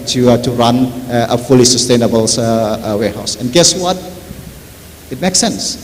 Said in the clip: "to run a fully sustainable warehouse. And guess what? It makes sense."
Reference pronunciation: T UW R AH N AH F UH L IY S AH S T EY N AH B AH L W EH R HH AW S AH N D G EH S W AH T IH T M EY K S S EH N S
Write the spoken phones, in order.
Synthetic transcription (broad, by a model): T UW R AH N AH F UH L IY S AH S T EY N AH B AH L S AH W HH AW S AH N G EH S W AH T IH T M EY K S S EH N S